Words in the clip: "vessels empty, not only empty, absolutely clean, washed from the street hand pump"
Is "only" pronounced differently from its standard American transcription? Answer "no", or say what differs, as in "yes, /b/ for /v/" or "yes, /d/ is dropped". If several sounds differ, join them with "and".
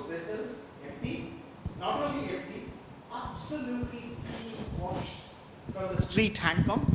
yes, /n/ is dropped